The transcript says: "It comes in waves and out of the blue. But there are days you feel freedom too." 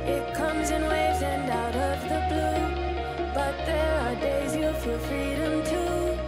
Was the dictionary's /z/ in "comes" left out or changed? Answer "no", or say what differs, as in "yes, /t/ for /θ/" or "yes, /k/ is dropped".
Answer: no